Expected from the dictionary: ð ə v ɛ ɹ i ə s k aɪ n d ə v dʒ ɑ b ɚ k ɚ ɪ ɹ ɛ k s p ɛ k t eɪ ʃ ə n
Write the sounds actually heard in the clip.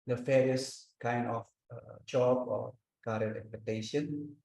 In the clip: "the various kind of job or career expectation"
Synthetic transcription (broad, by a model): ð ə f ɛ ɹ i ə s k aɪ n d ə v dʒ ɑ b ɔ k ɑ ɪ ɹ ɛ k s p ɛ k t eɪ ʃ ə n